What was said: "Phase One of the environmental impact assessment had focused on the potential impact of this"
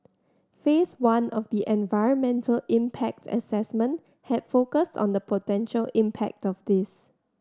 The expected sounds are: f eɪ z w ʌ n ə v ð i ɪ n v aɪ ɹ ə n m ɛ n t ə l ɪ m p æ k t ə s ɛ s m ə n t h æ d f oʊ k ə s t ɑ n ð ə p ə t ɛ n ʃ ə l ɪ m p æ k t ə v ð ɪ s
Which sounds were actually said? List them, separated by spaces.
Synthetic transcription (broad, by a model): f eɪ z w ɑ n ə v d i ɪ n v aɪ ɹ ə n m ɛ n t ə l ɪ m p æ k t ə s ɛ s m ə n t h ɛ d f oʊ k ə s t ɑ n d ə p ə t ɛ n ʃ ə l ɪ m p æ k t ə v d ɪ s